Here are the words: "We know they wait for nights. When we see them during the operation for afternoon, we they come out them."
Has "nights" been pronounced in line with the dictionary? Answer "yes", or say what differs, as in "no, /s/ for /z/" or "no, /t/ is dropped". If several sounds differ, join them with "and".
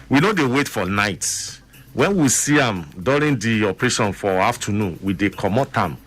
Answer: no, /s/ is dropped